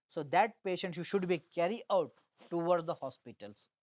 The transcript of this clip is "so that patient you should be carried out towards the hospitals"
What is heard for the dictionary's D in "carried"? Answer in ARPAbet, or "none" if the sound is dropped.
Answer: none